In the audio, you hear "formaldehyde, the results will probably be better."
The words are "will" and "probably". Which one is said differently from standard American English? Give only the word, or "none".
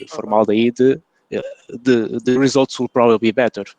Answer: probably